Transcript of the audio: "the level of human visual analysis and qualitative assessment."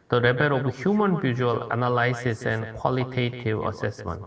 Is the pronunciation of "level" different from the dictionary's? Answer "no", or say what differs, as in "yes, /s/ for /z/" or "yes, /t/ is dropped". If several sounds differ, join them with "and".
yes, /b/ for /v/